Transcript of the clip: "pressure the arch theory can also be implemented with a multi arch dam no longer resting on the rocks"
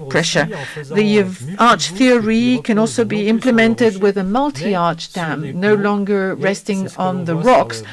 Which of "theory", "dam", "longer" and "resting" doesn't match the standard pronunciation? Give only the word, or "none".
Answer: none